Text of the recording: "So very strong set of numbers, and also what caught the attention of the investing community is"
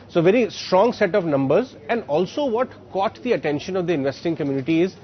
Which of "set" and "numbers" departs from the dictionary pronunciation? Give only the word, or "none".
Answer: none